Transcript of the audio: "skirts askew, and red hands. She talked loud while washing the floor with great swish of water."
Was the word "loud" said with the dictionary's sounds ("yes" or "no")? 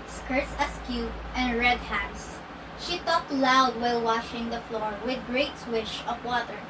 yes